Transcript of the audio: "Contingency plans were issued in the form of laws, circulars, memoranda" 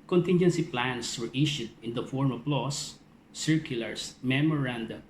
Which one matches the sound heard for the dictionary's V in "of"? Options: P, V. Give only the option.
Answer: P